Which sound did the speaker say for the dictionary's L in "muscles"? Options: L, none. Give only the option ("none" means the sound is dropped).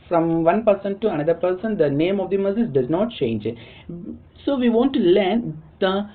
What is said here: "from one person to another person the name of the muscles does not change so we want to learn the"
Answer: none